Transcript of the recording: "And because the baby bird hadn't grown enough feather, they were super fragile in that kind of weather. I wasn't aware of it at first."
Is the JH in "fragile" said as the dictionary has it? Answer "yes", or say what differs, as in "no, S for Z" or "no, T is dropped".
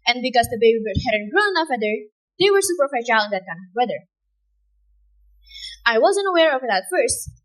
no, SH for JH